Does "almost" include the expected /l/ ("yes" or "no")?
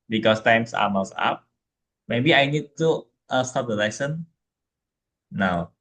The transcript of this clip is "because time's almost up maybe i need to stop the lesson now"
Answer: no